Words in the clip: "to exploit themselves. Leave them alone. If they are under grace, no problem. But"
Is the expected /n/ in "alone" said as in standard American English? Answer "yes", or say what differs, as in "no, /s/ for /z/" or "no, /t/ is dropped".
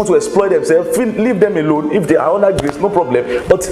yes